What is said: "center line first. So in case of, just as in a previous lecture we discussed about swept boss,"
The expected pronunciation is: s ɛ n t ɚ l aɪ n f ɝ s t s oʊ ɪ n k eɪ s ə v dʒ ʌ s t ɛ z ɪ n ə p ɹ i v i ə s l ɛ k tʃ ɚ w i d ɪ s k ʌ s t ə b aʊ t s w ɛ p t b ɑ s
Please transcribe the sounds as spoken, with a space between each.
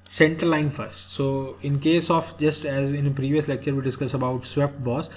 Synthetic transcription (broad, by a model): s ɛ n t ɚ l aɪ n f ɝ s t s oʊ ɪ n k eɪ s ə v dʒ ʌ s t ɛ z ɪ n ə p ɹ i v i ə s l ɛ k tʃ ɚ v i d ɪ s k ʌ s ə b aʊ t s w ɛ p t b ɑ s